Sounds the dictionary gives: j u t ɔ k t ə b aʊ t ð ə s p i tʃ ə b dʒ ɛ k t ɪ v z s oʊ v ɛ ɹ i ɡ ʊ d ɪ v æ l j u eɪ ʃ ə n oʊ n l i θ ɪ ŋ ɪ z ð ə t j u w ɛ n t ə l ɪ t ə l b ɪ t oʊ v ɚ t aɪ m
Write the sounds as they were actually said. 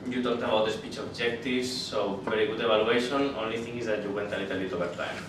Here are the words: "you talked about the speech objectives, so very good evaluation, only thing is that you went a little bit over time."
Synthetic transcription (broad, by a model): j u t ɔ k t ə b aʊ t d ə s p i tʃ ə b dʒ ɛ k t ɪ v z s oʊ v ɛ ɹ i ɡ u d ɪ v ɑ l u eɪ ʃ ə n oʊ n l i t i ŋ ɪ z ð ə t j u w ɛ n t ə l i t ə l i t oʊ b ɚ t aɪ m